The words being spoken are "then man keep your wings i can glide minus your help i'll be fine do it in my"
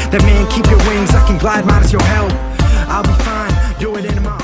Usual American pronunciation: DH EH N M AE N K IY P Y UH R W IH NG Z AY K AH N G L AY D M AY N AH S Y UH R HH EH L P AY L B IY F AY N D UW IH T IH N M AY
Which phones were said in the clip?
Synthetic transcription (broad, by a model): DH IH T M AE N K IY P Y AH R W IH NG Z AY K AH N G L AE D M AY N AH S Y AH R HH EH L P AY L B IY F AY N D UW IH T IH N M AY